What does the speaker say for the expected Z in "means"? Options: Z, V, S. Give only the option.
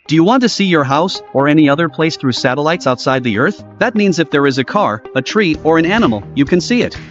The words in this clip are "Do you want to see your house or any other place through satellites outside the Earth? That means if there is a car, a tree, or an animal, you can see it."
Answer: Z